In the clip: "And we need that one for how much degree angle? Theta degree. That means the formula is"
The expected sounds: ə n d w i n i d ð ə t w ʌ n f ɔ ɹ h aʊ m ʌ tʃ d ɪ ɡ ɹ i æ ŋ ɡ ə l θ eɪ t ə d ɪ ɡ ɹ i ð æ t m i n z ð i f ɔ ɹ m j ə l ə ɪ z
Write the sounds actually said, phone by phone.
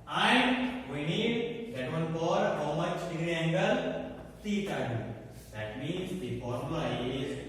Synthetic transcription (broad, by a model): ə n d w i n i d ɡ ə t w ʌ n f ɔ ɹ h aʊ m ʌ tʃ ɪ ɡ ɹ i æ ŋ ɡ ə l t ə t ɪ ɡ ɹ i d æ t m i n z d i p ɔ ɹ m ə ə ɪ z